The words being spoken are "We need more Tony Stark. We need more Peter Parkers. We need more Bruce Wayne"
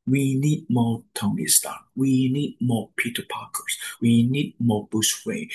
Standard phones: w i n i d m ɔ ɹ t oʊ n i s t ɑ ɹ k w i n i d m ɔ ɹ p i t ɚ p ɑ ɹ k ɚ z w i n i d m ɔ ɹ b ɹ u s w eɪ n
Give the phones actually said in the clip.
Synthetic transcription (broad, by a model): w i n i d m ɔ t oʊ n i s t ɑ w i n i d m ɔ p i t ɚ p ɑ k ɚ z w i n i d m ɔ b u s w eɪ